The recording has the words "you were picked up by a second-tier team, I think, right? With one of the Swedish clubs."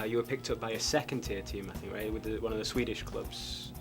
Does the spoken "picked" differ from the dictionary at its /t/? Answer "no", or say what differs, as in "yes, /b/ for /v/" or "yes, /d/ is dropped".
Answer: no